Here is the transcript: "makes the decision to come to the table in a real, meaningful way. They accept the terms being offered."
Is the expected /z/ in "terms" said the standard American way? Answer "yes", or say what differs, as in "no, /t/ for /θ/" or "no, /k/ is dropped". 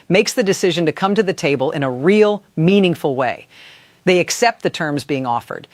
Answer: yes